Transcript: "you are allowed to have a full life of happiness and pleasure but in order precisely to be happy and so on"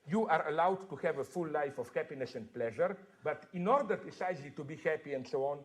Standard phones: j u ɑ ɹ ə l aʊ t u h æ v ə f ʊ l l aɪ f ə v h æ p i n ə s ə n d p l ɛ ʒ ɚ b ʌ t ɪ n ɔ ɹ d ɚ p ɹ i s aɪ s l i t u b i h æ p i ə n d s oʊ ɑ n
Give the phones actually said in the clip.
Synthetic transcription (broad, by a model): j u ɑ ɹ ə l aʊ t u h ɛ v ə f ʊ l l aɪ f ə f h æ p i n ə s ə n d p l ɛ ʒ ɚ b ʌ t ɪ n ɔ ɹ d ɚ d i s aɪ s l i t u b i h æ p i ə n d s oʊ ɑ n